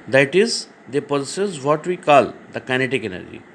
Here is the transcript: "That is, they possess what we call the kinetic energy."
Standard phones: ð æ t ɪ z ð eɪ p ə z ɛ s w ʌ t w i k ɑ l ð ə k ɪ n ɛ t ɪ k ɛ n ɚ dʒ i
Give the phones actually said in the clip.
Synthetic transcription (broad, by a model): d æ t ɪ z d eɪ p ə s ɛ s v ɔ t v i k ɑ l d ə k ɪ n ɛ t ɪ k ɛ n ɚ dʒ i